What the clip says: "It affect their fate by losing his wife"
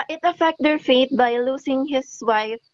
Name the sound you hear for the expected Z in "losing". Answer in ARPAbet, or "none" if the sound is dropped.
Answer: S